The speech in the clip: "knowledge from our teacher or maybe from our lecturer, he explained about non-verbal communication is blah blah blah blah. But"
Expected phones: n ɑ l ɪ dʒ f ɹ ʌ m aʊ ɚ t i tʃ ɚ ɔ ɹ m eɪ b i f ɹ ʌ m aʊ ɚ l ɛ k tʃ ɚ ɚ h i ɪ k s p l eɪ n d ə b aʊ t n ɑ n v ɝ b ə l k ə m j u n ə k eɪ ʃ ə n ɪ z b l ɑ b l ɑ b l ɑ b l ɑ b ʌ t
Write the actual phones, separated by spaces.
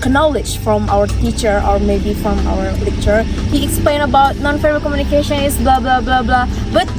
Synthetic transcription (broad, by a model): n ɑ l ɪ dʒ f ɹ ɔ m aʊ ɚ t i tʃ ɚ ɔ ɹ m eɪ b i f ɹ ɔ m aʊ ɚ l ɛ k tʃ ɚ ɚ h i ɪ k s p l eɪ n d ə b aʊ t n ɑ n f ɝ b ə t k ə m j u n ə k eɪ ʃ ə n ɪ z b l ɑ b l ɑ b l ɑ b l ɑ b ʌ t